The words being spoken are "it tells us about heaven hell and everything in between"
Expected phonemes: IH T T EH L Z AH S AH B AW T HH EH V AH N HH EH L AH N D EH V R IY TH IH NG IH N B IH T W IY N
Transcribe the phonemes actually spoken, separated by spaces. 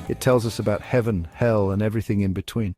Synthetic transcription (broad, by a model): IH T T EH L Z AH S AH B AW T HH EH V AH N HH EH L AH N EH V R IY TH IH NG IH N B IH T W IY N